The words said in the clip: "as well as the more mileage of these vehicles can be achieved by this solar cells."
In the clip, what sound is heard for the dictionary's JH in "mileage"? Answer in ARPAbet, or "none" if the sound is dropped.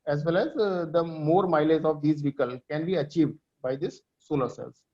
Z